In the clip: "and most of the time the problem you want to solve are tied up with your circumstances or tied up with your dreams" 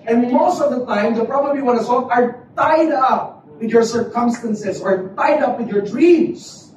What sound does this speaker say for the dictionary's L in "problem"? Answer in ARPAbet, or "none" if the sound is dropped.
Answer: none